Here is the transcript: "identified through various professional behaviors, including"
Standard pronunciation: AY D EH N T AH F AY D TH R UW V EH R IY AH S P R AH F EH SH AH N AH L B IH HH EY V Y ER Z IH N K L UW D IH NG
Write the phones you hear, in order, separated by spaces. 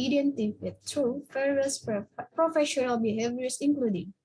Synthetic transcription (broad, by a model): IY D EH N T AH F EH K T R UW F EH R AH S P R AH F EH SH AH N AH L B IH HH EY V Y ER S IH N K L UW D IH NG